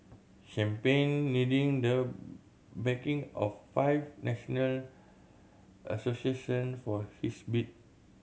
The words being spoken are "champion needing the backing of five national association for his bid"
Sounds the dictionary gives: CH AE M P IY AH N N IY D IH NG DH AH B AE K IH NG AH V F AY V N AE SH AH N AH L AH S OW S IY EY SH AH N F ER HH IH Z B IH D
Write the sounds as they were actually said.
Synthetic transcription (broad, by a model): SH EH M P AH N N IY D IH NG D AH B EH K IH NG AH F F AY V N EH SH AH N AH L AH S OW S IY EY SH AH N F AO HH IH S B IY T